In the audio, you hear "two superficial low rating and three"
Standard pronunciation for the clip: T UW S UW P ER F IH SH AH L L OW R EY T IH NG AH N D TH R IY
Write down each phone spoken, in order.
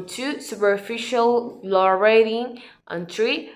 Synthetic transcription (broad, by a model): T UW S UW P ER F IH SH AH L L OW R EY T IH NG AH N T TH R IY